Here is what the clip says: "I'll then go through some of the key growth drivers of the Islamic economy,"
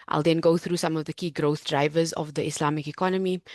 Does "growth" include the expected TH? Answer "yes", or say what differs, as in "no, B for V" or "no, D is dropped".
yes